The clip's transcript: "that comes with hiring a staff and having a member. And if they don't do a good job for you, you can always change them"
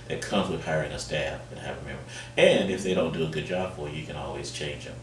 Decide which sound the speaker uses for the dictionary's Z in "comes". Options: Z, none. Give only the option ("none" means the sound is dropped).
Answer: Z